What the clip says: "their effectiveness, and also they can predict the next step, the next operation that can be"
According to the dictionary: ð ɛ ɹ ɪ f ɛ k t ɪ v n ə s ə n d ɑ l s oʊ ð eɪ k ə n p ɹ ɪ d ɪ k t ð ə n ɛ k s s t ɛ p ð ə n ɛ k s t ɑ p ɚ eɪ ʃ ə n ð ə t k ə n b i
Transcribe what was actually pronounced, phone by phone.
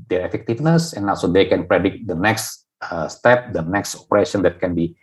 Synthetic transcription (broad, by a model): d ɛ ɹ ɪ f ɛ k t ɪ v n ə s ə n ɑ s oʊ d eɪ k ə n p ɹ ɪ d ɪ k t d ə n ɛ k s s t ɛ p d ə n ɛ k s t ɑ p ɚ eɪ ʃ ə n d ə t k ə n b i